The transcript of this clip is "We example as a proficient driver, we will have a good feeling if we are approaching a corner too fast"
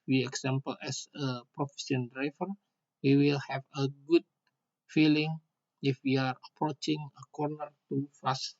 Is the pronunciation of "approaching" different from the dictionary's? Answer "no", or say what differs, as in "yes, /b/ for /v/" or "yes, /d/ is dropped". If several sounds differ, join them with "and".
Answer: no